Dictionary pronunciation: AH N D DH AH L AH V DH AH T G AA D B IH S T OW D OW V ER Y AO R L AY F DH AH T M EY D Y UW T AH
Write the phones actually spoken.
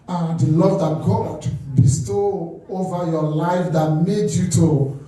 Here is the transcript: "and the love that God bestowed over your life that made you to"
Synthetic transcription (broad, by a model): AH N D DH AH L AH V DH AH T G AA D B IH S T OW OW V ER Y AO L AY F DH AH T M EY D Y UW T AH